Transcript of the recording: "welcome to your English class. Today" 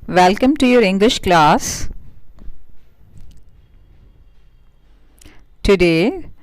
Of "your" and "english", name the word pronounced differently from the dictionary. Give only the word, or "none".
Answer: none